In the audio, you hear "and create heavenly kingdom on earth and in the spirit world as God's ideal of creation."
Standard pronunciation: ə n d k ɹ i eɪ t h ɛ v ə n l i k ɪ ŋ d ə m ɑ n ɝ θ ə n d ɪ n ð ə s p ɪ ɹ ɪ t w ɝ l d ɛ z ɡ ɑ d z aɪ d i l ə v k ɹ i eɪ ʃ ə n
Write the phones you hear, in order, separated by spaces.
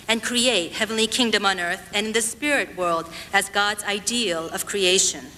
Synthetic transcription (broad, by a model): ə n k ɹ i eɪ t h ɛ v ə n l i k ɪ ŋ d ə m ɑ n ɝ θ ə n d ɪ n ð ə s p ɪ ɹ ɪ t w ɝ l d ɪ z ɡ ɑ d z aɪ d i l ə v k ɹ i eɪ ʃ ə n